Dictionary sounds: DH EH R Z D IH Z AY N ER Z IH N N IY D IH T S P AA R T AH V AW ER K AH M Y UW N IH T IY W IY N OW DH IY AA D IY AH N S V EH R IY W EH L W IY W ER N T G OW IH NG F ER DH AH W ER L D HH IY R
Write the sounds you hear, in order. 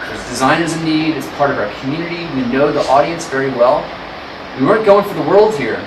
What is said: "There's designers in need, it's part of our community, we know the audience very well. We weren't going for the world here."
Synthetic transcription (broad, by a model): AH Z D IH Z AY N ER Z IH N N IY D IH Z P AA R T AH V AW ER K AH M Y UW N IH T IY W IY N OW DH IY AA D IY AH N S V EH R IY W EH L W IY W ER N G OW IH NG F ER DH AH W ER L D HH IY R